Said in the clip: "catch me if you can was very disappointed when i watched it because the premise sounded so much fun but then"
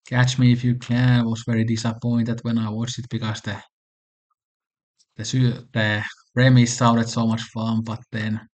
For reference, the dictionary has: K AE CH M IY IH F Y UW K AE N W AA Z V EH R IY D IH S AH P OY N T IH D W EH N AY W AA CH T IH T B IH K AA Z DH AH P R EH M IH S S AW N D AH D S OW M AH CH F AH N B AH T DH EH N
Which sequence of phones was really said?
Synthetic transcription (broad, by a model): K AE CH M IY IH F Y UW K AE N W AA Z V EH R IY D IH S AH P OY N T IH D W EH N AY W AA CH IH T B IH K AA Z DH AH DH R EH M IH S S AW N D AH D S OW M AH CH F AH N B AH T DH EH N